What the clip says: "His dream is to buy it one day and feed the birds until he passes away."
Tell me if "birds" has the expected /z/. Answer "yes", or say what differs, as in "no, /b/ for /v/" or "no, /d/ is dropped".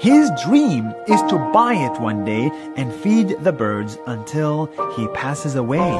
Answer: yes